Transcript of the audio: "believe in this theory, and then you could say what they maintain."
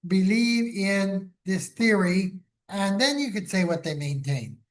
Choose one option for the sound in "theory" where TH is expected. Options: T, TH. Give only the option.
TH